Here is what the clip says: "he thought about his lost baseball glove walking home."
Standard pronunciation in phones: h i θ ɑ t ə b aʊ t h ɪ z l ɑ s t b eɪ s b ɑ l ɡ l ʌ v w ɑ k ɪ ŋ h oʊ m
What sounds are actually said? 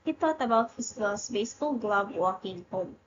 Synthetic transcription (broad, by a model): h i t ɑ t ə b aʊ t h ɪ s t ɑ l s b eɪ s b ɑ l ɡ l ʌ b w ɑ k ɪ ŋ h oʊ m